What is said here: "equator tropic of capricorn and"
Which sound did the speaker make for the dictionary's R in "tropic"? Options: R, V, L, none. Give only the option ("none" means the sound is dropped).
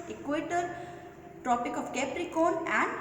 none